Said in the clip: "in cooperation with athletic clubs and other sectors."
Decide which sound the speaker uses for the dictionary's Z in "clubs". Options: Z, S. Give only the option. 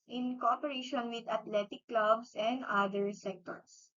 S